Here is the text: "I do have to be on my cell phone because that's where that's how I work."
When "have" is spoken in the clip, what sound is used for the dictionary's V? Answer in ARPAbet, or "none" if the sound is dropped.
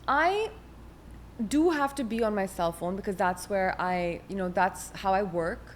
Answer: F